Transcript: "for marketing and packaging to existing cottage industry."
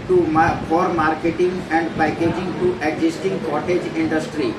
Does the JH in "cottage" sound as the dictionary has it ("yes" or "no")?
yes